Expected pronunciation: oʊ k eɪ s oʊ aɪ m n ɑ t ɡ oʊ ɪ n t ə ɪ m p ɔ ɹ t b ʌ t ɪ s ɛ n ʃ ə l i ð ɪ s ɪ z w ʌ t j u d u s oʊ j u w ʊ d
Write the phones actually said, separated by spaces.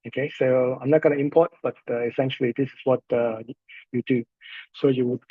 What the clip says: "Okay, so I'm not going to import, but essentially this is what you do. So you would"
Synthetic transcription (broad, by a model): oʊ k eɪ s oʊ aɪ m n ɑ t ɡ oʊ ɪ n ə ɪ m p ɔ t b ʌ t ɪ s ɛ n ʃ ə l i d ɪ s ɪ s w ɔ t j u d u s oʊ j u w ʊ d